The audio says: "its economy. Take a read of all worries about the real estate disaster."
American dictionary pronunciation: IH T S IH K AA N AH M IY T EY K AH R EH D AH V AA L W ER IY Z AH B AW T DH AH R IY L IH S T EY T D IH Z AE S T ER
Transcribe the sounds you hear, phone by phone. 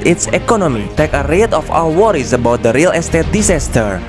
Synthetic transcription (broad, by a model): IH T S IH K AA N AH M IY T EY K AH R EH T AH F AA W W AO IY S AH B AW T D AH R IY L IH S T EY T D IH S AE S T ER